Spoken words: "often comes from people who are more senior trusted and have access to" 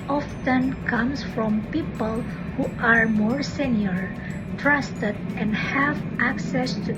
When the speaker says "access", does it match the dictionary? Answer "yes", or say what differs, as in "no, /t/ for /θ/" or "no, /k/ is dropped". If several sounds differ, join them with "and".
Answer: yes